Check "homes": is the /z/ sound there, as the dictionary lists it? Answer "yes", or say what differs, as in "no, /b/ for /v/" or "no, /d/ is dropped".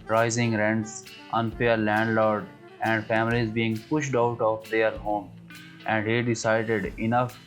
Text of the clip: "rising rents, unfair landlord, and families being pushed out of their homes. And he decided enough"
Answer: no, /z/ is dropped